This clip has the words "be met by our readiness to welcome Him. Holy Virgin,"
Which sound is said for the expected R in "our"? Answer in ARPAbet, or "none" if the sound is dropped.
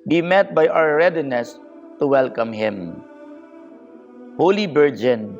W